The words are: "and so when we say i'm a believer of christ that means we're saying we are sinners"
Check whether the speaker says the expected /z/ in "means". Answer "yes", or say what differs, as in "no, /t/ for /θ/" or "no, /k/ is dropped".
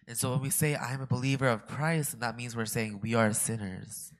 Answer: yes